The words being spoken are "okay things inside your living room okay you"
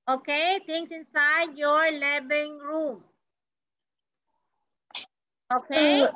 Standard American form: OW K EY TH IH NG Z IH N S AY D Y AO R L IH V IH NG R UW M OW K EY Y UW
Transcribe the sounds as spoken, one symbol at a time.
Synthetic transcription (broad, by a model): OW K EY T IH NG S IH N S AY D Y AO R L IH B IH NG R UW M OW K EY